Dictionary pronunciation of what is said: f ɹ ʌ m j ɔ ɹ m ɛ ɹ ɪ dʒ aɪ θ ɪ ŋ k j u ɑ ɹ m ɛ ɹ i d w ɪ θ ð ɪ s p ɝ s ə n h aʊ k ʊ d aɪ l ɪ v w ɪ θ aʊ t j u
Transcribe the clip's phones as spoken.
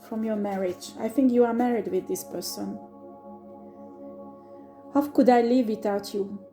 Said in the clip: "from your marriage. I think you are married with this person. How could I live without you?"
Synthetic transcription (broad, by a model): f ɹ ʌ m j ɔ ɹ m ɛ ɹ ɪ dʒ aɪ θ ɪ ŋ k j u ɑ ɹ m ɛ ɹ i d w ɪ ð ɪ s p ɝ s ə n h aʊ k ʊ d aɪ l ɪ v w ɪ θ aʊ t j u